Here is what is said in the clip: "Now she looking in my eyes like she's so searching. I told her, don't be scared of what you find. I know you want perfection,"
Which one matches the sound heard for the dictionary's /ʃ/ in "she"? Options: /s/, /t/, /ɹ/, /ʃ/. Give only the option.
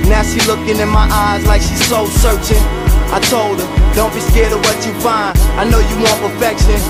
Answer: /s/